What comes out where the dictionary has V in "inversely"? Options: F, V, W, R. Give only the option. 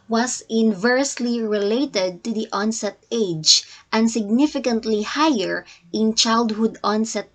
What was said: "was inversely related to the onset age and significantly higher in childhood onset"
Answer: V